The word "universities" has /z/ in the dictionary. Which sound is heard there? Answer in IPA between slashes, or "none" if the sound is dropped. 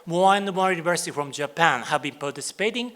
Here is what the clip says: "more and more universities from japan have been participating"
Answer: none